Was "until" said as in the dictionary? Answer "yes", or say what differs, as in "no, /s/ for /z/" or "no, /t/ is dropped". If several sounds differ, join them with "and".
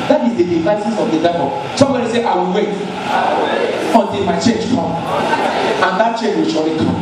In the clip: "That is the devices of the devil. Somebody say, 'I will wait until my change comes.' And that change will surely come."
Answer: yes